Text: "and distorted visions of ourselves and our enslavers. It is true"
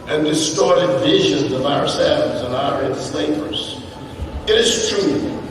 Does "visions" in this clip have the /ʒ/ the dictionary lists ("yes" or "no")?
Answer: yes